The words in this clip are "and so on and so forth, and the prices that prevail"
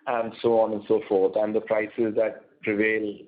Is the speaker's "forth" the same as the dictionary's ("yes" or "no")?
no